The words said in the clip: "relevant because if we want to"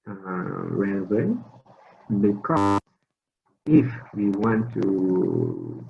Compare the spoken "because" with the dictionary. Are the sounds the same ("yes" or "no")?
no